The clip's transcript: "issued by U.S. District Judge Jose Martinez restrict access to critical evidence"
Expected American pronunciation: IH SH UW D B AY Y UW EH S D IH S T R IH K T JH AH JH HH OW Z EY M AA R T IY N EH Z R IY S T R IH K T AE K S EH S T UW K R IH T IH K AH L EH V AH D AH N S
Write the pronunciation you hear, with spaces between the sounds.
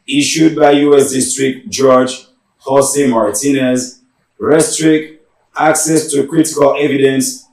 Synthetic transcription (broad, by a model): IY SH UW D B AY Y UW EH S D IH S T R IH K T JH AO JH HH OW S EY M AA R T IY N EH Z R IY S T R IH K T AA K S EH S T UW K R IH T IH K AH L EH V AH D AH N S